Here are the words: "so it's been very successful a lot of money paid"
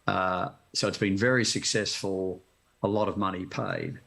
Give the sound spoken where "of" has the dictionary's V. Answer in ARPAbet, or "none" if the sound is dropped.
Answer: V